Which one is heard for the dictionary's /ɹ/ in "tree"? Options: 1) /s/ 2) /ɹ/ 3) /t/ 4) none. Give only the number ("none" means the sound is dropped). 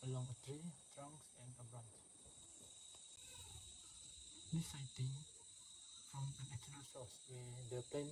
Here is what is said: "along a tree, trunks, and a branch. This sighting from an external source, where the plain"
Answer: 4